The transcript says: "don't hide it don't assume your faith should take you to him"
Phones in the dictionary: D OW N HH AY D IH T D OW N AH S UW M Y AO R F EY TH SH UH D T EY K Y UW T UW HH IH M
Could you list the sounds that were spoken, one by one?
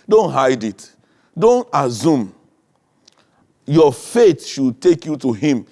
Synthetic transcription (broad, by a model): D OW N HH AY D IH T D OW N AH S UW M Y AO F EY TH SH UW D T EY K Y UW T UW HH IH M